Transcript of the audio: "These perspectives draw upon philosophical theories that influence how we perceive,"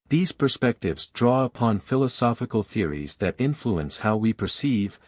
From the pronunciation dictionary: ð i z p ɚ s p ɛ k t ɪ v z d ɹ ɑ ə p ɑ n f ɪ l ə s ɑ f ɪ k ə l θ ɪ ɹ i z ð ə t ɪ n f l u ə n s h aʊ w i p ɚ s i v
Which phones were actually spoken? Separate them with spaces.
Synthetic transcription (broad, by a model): ð i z p ɚ s p ɛ k t ɪ v z d ɹ ɑ ə p ɑ n f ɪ l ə s ɑ f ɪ k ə l θ ɪ ɹ i z ð ə t ɪ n f l u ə n s h aʊ w i p ɚ s i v